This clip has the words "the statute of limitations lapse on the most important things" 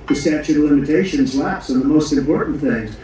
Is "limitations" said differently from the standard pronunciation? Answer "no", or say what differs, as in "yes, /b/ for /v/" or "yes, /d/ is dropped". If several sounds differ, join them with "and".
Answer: no